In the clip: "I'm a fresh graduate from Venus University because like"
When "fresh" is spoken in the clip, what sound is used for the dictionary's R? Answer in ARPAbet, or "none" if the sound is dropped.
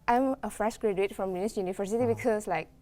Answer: R